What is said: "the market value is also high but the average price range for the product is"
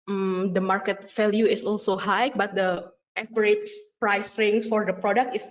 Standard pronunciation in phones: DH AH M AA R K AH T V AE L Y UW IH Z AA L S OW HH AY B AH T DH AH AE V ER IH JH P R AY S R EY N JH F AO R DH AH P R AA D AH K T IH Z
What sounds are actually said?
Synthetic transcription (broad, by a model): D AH M AA R K AH T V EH L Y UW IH S AA L S OW HH AY B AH T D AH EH P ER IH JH P R AY S R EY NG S F AO R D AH P R AA D AH K T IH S